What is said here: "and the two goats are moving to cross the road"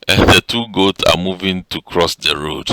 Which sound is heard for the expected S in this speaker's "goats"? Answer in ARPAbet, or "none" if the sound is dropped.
S